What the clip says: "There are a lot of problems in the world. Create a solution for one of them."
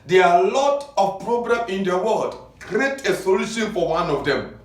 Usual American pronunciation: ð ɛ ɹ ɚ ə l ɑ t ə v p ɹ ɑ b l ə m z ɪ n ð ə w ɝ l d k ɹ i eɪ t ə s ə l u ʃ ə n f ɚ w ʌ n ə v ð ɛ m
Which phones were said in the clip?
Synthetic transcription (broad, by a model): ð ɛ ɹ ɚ ə l ɑ t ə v p ɹ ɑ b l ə m ɪ n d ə w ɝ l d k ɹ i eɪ t ə s ə l u ʃ ə n f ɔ w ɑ n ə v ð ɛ m